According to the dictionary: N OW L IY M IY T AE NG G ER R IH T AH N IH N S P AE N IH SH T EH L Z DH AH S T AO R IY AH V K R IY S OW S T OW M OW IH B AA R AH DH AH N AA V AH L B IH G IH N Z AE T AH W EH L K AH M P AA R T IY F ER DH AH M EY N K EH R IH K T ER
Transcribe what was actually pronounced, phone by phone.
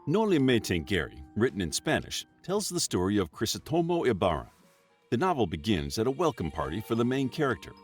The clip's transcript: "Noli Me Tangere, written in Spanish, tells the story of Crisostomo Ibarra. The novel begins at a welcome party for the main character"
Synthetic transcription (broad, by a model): N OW L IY M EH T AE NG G ER R IH T N IH N S P AE N IH SH T EH L Z DH AH S T AO R IY AH V K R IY S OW T OW M OW IH B AA R AH DH AH N AA V L B IH G IH N Z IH T AH W EH L K AH M P AA R T IY F ER DH AH M EY N K EH R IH K T ER